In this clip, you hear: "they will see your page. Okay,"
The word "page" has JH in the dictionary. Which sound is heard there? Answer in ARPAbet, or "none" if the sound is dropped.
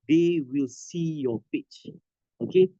CH